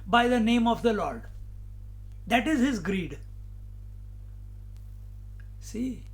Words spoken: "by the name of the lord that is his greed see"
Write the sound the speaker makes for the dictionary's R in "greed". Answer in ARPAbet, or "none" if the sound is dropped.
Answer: R